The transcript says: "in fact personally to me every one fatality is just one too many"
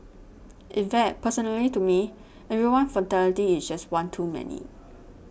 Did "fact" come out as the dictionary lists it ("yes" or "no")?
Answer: no